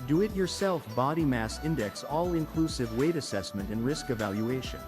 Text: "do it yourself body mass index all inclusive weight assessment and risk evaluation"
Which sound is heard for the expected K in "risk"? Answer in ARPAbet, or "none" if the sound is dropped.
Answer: K